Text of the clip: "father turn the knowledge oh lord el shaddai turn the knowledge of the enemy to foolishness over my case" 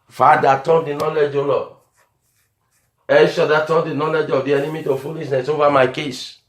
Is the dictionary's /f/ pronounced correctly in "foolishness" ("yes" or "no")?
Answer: yes